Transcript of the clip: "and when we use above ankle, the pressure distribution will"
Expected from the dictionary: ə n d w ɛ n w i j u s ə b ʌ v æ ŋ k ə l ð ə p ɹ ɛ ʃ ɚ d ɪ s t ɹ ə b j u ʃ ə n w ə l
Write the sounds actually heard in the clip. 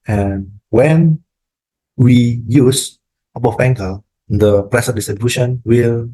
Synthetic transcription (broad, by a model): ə n w ɛ n w i j u s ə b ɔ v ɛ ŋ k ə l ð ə p ɹ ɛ s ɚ d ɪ s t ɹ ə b j u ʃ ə n w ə l